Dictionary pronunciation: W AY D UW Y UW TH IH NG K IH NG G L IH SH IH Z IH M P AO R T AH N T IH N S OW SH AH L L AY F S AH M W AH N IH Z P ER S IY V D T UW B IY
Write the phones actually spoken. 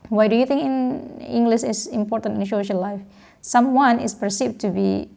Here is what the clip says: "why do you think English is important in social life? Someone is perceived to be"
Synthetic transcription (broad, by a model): W AY D UW Y UW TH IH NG K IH NG G L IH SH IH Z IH M P AO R T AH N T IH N SH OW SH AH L L AY F S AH M W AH N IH S P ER S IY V T UW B IY